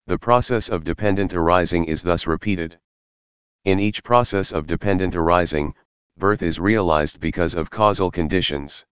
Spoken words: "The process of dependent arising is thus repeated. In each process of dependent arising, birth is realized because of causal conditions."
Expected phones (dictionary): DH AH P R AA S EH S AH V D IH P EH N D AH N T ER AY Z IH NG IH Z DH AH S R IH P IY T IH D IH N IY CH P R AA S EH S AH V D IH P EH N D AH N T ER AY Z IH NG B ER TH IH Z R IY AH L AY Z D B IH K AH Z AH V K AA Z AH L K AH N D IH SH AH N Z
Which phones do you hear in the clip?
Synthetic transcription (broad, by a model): DH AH P R AA S EH S AH V D IH P EH N D AH N T ER AY Z IH NG IH Z DH AH S R IH P IY T IH D IH N IY CH P R AA S EH S AH V D IH P EH N D AH N T ER AY Z IH NG B ER TH IH Z R IY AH L AY Z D B IH K AH Z AH V K AA Z L K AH N D IH SH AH N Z